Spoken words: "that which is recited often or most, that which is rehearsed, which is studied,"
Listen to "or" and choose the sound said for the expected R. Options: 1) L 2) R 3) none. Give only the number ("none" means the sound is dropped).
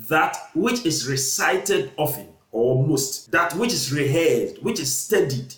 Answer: 1